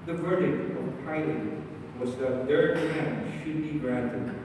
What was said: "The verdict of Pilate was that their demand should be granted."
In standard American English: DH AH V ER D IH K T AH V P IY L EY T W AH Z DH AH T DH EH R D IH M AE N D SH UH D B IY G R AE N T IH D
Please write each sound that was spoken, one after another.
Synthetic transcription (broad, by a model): DH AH V ER D IH K T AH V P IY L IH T W AH Z DH AH T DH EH R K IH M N SH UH D B IY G R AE N T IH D